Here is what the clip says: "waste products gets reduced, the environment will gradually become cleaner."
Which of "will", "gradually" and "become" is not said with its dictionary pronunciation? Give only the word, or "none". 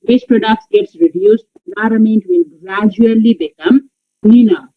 will